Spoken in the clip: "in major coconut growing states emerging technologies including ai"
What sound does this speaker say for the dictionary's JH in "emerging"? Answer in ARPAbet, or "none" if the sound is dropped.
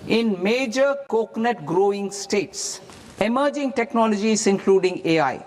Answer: JH